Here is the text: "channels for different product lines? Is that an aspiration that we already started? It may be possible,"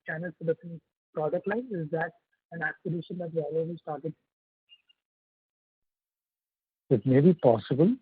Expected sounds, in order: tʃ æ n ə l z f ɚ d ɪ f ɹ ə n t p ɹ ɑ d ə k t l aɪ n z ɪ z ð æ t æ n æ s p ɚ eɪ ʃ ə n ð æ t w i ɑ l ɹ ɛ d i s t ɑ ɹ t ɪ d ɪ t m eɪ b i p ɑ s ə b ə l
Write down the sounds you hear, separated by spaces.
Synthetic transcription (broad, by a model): tʃ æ n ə l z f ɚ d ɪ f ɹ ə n p ɹ ɑ d ə k t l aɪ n ɪ z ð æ t æ n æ s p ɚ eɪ ʃ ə n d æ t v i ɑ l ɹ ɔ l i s t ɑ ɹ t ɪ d ɪ t m eɪ b i p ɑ s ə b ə l